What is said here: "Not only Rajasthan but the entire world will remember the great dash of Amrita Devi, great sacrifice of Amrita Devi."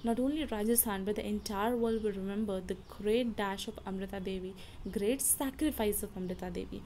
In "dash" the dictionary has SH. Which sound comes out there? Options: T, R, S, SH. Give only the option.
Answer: SH